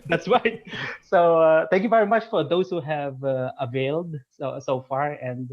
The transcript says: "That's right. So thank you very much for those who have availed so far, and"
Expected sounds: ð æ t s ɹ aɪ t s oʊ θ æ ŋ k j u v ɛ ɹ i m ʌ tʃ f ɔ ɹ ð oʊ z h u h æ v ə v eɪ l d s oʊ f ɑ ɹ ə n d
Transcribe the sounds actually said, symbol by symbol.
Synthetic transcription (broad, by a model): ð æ t s ɹ aɪ t s oʊ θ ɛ ŋ k j u v ɛ ɹ i m ʌ tʃ f ɔ ɹ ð oʊ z h u h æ v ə v eɪ l d s oʊ f ɑ ɹ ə n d